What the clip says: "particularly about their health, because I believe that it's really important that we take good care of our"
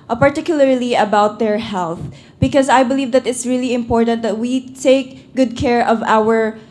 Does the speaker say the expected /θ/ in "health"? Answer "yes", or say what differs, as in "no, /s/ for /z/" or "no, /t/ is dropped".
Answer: yes